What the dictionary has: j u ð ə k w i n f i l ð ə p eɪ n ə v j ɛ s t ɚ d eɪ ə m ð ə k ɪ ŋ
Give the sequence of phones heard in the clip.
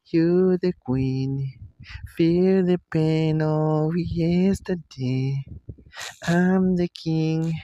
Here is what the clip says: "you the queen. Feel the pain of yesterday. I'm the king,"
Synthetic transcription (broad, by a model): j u ð ə k w i n f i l ð ə p eɪ n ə w j ɛ s t ɚ d eɪ ə m ð ə k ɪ ŋ